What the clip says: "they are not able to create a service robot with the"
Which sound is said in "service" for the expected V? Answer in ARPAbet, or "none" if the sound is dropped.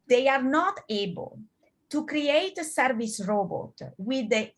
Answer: V